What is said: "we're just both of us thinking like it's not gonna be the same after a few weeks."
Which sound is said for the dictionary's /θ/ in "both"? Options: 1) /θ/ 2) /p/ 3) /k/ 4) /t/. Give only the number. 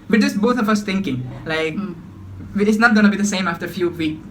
4